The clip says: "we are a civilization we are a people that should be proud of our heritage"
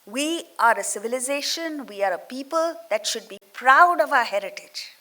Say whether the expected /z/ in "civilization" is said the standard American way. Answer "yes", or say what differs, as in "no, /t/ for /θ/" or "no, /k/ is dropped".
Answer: yes